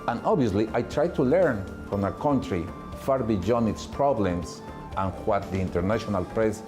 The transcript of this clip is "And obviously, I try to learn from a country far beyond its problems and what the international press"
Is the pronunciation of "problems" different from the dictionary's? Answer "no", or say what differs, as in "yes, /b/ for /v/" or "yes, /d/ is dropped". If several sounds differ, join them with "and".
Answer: yes, /s/ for /z/